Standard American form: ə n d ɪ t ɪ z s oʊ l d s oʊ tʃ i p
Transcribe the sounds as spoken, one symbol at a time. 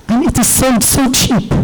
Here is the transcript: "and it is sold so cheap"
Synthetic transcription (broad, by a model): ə n ɪ t ɪ z s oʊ n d s oʊ tʃ i p